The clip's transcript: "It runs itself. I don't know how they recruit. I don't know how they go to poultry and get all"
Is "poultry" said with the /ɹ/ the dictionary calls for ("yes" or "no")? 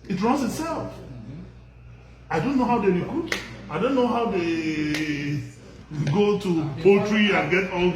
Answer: yes